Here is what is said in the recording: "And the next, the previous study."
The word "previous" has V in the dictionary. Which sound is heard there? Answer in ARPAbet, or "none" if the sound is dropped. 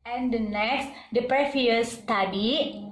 F